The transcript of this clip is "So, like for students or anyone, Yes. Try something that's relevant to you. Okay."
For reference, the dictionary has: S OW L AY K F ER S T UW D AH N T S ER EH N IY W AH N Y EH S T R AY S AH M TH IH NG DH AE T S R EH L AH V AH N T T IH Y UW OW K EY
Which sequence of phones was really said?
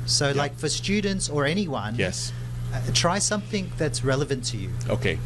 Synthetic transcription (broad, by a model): S OW L AY K F ER S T UW D N T S ER EH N IY W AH N Y EH S T R AY S AH M TH IH NG DH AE T S R EH L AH V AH N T T IH Y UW OW K EY